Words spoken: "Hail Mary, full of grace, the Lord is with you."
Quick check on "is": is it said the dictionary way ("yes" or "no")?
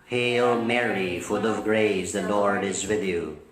yes